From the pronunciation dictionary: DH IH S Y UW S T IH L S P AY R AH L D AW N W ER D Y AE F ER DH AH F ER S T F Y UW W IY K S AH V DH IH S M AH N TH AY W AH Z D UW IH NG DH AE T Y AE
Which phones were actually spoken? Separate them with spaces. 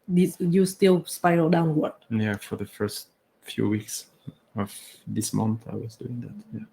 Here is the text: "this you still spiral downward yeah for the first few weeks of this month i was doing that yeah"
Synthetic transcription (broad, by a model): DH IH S Y UW S T IH L S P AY AH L D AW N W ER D Y AE F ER DH AH F ER S T F Y UW W IY K S AH V DH IH S M AH N TH AY W AH Z D UW IH NG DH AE T Y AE